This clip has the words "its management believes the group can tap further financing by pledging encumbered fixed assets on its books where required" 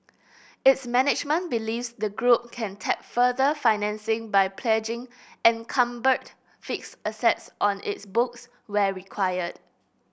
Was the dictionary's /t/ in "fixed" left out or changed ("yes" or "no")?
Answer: yes